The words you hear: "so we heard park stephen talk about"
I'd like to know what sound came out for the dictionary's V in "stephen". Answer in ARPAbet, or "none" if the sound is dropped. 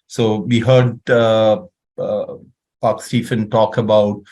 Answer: F